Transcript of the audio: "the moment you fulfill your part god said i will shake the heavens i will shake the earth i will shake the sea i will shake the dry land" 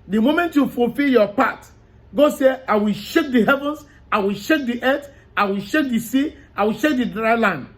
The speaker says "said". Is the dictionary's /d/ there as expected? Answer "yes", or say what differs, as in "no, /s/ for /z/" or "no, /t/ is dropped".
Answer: no, /d/ is dropped